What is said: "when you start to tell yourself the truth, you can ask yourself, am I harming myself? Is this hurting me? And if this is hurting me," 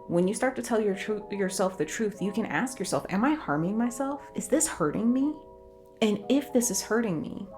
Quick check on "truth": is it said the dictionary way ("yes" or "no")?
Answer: yes